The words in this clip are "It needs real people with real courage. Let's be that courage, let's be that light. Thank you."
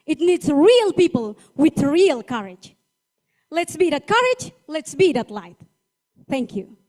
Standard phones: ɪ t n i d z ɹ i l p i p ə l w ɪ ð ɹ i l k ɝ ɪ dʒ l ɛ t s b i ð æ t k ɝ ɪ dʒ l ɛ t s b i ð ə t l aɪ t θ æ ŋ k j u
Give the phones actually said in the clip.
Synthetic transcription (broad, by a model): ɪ t n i d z ɹ i l p i p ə l w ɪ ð ɹ i l k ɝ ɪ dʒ l ɛ t s b i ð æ t k ɝ ɪ dʒ l ɛ t s b i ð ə t l aɪ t θ æ ŋ k j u